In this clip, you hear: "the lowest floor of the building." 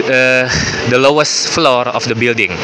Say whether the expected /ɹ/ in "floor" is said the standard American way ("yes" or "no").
yes